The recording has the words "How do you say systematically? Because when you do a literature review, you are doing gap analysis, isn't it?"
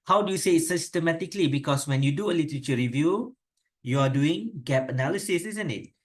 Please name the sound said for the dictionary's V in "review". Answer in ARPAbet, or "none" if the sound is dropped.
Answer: V